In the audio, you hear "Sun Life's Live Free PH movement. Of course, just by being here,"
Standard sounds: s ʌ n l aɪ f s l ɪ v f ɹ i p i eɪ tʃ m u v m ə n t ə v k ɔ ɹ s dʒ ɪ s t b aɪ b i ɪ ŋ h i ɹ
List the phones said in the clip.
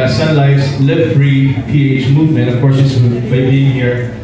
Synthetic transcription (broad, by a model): s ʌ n l aɪ s l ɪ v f ɹ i p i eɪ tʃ m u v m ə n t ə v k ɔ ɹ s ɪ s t b aɪ b i ɪ ŋ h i ɹ